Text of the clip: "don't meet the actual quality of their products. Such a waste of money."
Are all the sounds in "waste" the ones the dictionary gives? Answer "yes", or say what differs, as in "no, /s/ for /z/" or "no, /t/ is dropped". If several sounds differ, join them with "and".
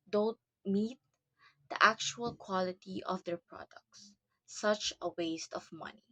yes